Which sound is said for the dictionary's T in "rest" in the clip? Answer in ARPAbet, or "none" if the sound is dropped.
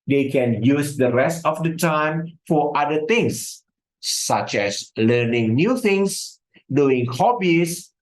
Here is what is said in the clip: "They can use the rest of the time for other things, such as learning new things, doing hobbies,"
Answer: T